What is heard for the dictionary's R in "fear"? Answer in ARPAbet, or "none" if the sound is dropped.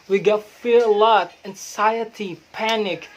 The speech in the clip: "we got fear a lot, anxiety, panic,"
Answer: R